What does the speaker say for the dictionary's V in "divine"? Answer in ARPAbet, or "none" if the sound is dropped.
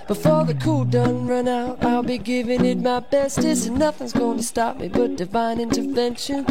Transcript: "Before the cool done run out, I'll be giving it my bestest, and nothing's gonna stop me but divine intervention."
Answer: V